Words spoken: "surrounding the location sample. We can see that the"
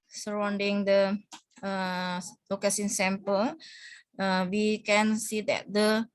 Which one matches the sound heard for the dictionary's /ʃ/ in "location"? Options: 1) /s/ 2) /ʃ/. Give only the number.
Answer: 1